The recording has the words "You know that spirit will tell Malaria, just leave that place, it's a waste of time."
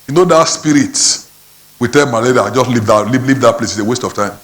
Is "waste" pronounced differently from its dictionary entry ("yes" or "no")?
no